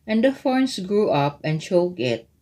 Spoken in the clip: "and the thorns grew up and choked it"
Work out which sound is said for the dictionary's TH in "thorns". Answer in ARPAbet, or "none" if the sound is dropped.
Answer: F